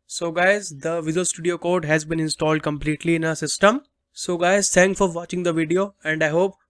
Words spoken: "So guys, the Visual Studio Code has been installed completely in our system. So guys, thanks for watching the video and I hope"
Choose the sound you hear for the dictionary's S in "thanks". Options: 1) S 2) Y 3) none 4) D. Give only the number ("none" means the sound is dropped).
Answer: 3